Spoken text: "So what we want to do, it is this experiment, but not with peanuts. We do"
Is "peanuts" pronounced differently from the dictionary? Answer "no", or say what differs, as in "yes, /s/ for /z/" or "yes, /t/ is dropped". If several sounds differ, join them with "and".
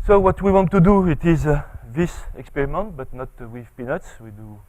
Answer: no